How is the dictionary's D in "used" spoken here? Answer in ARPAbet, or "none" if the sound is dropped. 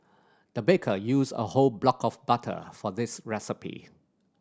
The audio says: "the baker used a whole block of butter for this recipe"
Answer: none